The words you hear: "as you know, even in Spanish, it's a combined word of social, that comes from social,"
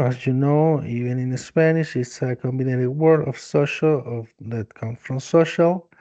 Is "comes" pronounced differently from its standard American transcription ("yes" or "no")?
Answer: yes